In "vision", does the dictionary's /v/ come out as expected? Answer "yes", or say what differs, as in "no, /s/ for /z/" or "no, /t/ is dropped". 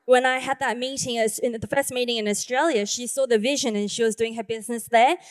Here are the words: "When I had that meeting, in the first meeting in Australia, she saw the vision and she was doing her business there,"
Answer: yes